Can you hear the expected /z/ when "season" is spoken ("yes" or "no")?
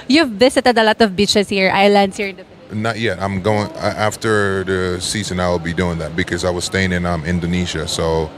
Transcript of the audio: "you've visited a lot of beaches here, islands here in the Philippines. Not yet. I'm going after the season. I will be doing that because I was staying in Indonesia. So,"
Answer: yes